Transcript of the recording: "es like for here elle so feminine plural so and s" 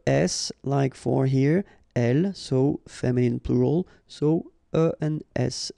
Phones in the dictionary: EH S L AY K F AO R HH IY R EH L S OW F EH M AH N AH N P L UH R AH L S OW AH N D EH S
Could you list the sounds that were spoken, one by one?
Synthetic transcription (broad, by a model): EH S L AY K F AO R HH IY R EH L S OW F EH M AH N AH N P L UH R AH L S OW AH N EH S